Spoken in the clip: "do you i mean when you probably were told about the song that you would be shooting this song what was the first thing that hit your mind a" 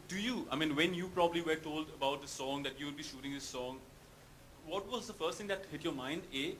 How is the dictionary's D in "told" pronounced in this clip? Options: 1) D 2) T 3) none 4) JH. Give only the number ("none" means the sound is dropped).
1